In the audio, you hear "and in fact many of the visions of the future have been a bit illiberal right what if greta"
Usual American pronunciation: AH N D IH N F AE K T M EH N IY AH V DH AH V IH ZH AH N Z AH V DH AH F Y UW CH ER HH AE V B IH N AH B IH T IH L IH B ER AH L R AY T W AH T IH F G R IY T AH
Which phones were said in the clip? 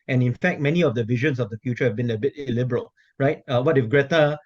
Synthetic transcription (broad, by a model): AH N IH N F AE K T M EH N IY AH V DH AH V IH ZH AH N S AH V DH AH F Y UW CH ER HH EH V B IH N AH B IH T IH L IH B ER AH L R AY T W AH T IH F G R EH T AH